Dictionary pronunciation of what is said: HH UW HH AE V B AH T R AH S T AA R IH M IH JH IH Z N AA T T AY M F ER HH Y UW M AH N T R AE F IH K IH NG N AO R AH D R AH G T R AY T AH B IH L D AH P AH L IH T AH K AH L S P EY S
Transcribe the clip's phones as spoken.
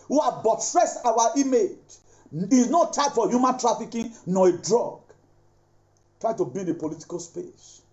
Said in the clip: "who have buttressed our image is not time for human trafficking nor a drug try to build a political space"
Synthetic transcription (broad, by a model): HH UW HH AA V B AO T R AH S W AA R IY M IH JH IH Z N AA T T AY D F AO HH Y UW M AH N T R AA F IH K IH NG N AO AH D R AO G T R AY T AH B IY D AH P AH L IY T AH K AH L S P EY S